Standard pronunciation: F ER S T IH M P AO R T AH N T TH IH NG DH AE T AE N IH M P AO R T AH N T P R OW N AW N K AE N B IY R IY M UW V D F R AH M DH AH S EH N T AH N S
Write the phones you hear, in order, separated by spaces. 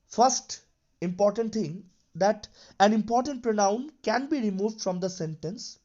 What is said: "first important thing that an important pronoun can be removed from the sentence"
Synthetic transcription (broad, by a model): F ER S T IH M P AO R T AH N T T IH NG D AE T AE N IH M P AO R T AH N T P R OW N AW N K AE N B IY R IY M UW V D F R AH M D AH S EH N T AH N S